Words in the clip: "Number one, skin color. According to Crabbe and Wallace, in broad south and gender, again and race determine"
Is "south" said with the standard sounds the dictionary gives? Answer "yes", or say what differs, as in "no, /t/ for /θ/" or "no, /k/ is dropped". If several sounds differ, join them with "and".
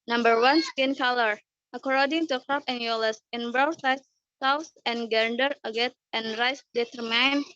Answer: no, /s/ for /θ/